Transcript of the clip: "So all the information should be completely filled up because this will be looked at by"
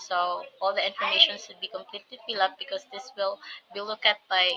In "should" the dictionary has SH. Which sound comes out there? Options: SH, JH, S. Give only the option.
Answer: S